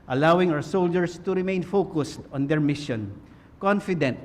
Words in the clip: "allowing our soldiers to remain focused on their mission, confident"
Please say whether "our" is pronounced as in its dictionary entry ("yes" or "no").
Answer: no